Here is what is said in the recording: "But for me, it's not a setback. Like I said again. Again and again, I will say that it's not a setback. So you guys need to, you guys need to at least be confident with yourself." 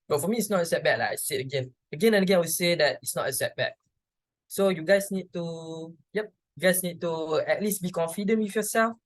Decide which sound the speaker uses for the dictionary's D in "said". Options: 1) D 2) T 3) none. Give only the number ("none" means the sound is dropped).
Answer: 3